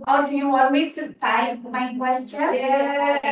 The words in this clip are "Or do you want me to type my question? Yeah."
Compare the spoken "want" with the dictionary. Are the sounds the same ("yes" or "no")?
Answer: no